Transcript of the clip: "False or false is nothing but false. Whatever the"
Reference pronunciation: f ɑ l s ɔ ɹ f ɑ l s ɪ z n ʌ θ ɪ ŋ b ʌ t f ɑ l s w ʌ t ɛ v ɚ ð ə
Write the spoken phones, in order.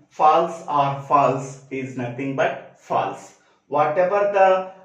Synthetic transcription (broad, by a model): f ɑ l s ɔ ɹ f ɑ l s ɪ z n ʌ t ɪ ŋ b ʌ t f ɑ l s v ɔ t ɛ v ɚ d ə